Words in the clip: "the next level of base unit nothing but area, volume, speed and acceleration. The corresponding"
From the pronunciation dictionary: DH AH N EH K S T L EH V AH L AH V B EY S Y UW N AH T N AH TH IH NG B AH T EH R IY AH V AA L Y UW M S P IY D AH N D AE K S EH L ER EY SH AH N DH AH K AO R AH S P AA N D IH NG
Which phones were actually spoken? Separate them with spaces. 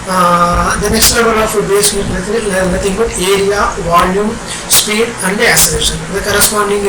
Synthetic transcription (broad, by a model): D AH N EH K S T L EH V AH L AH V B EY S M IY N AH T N AH T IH NG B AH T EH R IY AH V AA L Y UW M S P IY D AH N D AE S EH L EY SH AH N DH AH K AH R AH S P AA N D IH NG